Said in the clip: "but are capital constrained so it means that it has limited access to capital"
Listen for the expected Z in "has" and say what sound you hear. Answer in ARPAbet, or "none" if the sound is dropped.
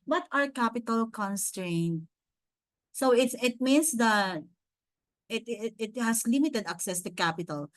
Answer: S